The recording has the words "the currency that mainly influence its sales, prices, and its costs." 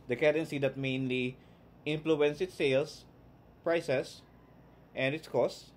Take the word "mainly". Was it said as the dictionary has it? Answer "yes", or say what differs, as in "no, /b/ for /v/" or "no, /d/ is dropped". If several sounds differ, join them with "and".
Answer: yes